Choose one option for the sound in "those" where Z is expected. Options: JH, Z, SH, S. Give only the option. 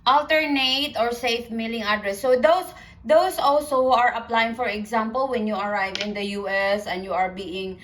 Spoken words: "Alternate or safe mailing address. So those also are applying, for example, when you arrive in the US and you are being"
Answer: S